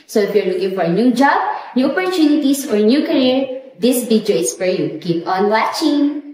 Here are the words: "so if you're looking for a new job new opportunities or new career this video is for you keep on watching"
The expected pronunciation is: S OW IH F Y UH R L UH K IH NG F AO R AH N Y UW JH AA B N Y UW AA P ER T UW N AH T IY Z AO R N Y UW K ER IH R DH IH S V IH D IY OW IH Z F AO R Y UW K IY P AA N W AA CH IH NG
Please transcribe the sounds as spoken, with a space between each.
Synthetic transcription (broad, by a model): S OW IH F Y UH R L UH K IH NG F AO R AH N Y UW JH AA B N Y UW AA P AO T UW N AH T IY S AO R N Y UW K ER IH R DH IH S B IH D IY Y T S F AO R Y UW K IY P AA N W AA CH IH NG